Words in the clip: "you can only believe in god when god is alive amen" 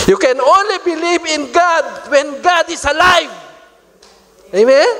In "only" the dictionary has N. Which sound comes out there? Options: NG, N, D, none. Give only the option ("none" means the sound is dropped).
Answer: N